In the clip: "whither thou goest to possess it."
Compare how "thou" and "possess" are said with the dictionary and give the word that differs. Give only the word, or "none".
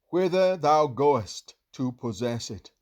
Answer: none